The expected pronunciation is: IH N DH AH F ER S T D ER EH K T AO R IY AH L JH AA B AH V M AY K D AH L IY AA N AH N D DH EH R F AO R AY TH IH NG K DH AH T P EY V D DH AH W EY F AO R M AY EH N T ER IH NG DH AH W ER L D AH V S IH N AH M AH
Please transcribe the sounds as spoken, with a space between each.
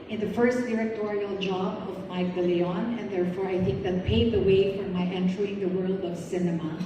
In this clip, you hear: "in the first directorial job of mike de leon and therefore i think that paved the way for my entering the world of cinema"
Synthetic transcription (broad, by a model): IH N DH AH F ER S T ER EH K T AO R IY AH L JH AA B AH V M AY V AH L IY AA N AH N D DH EH R F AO R AY TH IH NG K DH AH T P EY D DH AH W EY F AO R M AY EH N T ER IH NG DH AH W ER L D AH V S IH N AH M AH